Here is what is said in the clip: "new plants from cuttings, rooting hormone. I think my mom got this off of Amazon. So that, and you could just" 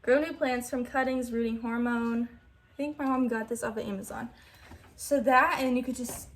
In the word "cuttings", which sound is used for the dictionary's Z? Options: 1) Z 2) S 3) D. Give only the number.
1